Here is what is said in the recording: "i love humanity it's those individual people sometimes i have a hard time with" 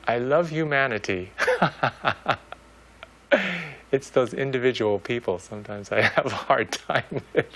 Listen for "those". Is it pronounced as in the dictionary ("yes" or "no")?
yes